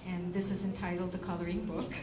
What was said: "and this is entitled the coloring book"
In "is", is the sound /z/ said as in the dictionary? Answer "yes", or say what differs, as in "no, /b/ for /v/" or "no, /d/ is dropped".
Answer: yes